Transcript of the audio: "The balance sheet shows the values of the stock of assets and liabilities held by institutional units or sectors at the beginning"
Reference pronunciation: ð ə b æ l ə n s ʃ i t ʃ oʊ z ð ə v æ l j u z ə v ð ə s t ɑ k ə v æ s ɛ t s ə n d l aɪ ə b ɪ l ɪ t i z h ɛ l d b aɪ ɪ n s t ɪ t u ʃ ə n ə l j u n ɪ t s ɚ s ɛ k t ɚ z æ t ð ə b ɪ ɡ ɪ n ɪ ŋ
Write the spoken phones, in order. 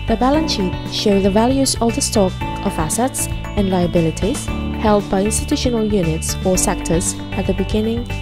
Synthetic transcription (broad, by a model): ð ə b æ l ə n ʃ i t ʃ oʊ ð ə v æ l j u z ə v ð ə s t ɑ k ə v æ s ɛ t s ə n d l aɪ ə b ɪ l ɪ t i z h ɛ l d b aɪ ɪ n s t ɪ t u ʃ ə n ə l j u n ɪ t s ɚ s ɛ k t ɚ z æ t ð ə b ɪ ɡ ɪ n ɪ ŋ